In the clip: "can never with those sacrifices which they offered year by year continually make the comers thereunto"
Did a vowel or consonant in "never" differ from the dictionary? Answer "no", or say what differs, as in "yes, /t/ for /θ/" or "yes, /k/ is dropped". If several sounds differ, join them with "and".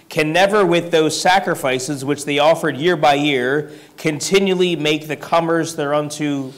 no